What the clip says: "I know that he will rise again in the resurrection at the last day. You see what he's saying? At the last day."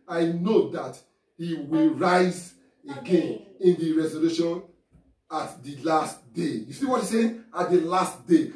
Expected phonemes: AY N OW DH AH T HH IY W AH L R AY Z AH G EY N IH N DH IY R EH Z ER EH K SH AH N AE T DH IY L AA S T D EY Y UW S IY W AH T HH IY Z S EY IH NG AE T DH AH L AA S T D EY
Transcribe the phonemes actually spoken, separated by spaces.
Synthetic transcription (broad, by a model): AY N OW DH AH T HH IY W AH L R AY Z AH G EY N IH N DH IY R EH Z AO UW SH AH N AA T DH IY L AA S T D EY Y UW S IY W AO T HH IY S EY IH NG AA T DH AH L AA S T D EY